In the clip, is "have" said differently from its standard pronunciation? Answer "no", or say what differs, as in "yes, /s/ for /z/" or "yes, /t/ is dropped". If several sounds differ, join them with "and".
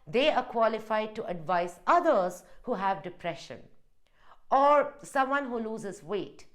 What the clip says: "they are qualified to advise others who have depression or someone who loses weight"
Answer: no